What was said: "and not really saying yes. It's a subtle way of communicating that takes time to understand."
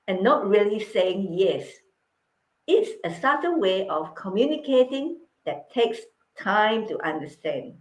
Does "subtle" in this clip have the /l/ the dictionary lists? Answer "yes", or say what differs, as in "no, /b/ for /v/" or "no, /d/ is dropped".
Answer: no, /n/ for /l/